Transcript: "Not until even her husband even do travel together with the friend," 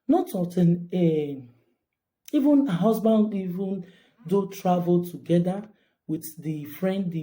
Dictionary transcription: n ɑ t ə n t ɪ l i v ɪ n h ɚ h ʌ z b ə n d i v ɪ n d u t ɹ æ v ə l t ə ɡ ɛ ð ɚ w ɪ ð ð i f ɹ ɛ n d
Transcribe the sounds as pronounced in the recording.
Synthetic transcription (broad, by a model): n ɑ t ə t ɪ n i v ɪ n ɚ h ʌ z b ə n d i v ɪ n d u t ɹ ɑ v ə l t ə ɡ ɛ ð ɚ w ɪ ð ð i f ɹ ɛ n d